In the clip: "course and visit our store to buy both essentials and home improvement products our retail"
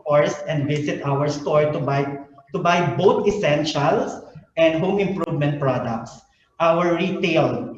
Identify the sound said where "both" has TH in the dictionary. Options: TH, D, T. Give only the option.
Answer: T